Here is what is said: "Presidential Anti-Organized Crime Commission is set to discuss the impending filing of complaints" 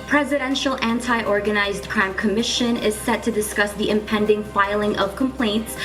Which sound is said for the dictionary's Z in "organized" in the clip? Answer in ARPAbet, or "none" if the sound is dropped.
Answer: Z